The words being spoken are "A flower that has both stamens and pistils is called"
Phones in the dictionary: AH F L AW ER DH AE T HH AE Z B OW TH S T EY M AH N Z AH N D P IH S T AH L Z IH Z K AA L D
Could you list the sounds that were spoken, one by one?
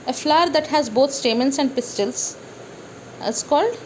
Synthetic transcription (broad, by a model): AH F L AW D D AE T HH AE Z B OW T S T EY M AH N S AH N D P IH S T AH L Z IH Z K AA L D